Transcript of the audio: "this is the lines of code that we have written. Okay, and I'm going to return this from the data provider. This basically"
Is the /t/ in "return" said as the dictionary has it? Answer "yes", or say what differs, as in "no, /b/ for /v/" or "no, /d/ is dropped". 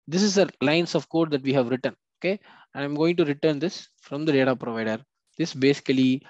yes